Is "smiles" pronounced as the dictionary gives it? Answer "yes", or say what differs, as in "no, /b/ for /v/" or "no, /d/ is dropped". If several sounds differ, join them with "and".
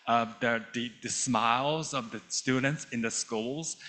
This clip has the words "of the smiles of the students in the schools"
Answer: yes